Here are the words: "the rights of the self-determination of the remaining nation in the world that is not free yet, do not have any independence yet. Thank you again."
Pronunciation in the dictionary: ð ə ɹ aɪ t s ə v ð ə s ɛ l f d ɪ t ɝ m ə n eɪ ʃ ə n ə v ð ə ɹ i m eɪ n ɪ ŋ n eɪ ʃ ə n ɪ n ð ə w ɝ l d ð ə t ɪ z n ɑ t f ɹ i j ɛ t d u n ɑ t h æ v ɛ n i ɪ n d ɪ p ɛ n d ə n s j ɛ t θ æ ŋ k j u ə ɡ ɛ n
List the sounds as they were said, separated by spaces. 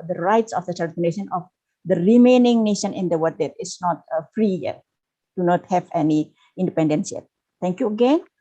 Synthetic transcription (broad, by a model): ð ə ɹ aɪ t s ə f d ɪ s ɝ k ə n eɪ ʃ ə n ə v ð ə ɹ i m eɪ n ɪ ŋ n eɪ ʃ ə n ɪ n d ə w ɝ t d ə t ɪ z n ɑ t f ɹ i j ɛ t d u n ɑ t h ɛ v ɛ n i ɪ n d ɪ p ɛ n d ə n s j ɛ t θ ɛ ŋ k j u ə ɡ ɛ n